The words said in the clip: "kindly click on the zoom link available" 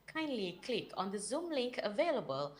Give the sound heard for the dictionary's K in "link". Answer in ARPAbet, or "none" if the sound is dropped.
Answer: K